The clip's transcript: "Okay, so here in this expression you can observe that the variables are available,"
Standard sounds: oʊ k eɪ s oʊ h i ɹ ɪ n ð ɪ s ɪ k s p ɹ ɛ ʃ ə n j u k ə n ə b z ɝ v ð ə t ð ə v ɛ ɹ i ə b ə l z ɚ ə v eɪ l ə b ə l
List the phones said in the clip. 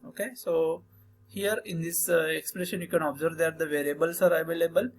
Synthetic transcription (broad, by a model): oʊ k eɪ s oʊ h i ɹ ɪ n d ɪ s ɪ k s p ɹ ɛ ʃ ə n j u k ə n ə b z ɝ v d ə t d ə v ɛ ɹ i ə b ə l s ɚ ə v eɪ l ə b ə l